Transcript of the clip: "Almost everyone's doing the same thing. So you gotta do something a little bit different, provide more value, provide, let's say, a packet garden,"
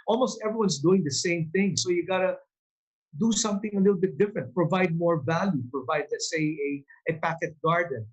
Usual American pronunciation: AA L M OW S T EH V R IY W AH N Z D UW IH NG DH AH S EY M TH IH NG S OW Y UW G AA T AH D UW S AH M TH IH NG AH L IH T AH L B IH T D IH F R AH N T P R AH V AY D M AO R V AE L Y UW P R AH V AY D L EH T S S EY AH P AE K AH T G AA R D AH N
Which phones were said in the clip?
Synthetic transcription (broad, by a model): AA L M OW S T EH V R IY W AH N S D UW IH NG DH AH S EY M TH IH NG S OW Y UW G AA T AH D UW S AH M TH IH NG AH L IH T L B IH T D IH F R AH N T P R AH V AY D M AO R V AE L Y UW P R AH V AY D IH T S S EY AH P AE K AH T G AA R D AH N